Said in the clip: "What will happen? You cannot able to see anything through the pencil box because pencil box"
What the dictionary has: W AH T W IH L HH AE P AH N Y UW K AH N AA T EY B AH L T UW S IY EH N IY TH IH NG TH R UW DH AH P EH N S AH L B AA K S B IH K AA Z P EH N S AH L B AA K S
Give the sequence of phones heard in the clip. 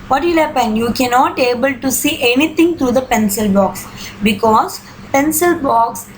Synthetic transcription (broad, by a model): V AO T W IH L HH AE P AH N Y UW K AH N AA T EY B AH L T UW S IY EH N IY T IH NG T R UW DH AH P EH N S AH L B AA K S B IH K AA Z P EH N S AH L B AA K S